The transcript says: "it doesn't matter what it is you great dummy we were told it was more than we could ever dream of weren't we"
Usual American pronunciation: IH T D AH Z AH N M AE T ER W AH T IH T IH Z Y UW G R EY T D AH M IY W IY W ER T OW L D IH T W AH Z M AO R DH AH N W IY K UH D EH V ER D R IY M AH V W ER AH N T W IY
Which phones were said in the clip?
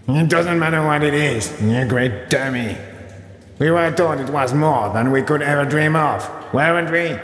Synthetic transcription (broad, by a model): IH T D AH Z AH N M AE T ER W AH T IH T IH Z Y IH G R EY T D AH M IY W IY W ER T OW D IH T W AH Z M AO R DH AH N W IY K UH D EH V ER D R IY M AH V W ER AH N T W IY